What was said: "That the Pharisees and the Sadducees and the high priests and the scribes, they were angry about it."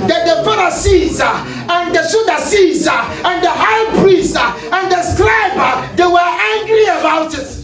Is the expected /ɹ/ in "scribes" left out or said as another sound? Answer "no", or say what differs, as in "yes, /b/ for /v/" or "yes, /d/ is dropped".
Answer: yes, /l/ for /ɹ/